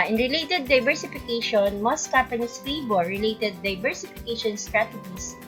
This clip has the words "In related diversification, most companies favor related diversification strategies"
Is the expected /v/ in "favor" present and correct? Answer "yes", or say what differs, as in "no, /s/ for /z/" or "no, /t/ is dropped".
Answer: no, /b/ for /v/